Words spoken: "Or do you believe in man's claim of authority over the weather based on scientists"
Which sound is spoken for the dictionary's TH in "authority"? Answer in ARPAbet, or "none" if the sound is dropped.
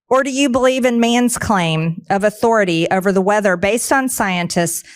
TH